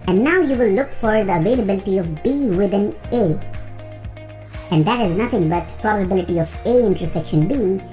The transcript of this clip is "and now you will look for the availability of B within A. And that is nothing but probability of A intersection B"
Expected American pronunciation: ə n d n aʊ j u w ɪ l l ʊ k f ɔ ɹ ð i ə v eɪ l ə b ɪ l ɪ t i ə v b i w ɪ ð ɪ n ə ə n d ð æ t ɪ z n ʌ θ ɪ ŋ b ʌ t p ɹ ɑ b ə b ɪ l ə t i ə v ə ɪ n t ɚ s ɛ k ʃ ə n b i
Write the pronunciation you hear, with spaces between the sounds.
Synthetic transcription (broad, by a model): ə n n aʊ j u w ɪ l l ʊ k f ɔ ɹ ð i ə v eɪ l ə b ɪ l ɪ t i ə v b i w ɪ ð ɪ n ə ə n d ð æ t ɪ z n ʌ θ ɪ ŋ b ʌ t p ɹ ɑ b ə b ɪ l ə t i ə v ə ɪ n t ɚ s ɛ k ʃ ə n b i